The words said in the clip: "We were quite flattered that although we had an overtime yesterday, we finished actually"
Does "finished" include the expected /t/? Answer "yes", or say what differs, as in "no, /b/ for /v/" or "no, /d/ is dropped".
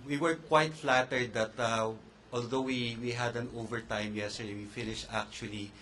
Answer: yes